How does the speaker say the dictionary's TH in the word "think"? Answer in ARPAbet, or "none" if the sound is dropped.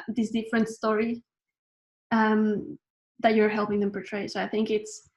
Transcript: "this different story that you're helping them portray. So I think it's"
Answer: TH